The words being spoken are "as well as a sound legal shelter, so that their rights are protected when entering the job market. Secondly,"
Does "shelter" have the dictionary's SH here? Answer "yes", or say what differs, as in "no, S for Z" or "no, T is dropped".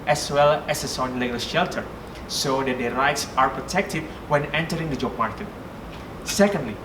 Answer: yes